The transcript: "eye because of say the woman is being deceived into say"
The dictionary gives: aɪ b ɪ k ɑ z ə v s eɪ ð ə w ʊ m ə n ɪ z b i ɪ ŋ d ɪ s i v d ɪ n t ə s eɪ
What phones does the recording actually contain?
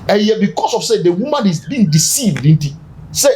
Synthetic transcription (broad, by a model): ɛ b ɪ k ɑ s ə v s eɪ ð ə w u m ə n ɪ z b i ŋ d ɪ s i v d ɪ n t ə s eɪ